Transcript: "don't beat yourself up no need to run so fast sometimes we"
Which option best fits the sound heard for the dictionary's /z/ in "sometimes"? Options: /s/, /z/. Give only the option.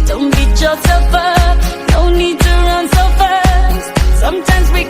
/z/